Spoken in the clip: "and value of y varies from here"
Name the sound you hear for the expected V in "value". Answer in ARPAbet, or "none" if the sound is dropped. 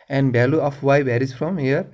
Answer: B